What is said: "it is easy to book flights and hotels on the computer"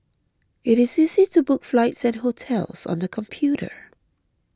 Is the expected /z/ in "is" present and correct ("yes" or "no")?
yes